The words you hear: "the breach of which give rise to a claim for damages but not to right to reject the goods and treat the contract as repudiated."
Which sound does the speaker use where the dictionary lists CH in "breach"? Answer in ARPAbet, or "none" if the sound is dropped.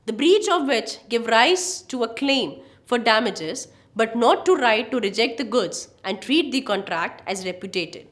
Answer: CH